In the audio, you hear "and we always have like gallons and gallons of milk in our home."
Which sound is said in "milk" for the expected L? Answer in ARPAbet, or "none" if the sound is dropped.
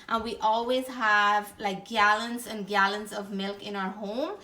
L